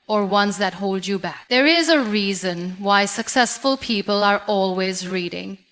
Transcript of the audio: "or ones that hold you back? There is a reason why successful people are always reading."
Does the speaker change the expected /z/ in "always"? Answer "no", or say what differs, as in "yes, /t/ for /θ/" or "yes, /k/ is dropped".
no